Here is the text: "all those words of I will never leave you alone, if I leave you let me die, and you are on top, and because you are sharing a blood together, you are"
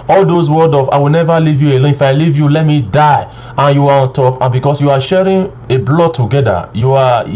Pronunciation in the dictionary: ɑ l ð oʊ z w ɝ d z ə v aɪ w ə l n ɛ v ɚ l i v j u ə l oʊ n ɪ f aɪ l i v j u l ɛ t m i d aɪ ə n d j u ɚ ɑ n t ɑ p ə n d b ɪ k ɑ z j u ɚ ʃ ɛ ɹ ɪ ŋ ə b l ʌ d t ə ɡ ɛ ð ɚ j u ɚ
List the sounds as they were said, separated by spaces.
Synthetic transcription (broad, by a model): ɑ l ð oʊ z w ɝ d ə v aɪ w ə l n ɛ v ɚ l i v j u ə l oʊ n ɪ f aɪ l i v j u l ɛ t m i d aɪ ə n j u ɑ ɑ n t ɑ p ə n b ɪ k ɑ s j u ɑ ʃ ɛ ɹ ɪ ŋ ə b l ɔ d t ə ɡ ɛ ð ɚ j u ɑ